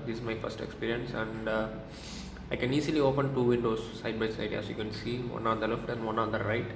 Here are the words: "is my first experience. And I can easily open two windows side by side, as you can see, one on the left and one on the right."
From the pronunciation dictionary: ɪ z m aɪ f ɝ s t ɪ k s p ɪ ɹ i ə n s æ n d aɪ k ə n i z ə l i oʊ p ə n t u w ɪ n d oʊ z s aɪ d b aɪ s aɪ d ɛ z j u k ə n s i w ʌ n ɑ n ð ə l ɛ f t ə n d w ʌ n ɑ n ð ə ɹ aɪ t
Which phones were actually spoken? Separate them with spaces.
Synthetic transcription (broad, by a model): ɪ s m aɪ f ɝ s t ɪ k s p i ɹ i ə n s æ n d aɪ k ə n i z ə l i oʊ p ə n t u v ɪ n d oʊ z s aɪ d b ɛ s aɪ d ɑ s j u k ə n s i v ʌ n ɑ n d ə l ɛ f t ə n d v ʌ n ɑ n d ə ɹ aɪ t